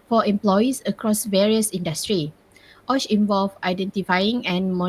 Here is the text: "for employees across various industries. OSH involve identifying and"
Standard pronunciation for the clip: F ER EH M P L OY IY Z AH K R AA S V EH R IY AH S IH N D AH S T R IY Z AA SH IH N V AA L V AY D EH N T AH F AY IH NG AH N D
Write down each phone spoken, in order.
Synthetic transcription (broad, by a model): F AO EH M P L OY IY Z AH K R AA S V EH R IY AH S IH N D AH S T R IY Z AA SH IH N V AA L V AY D EH N T AH F AY IH NG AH N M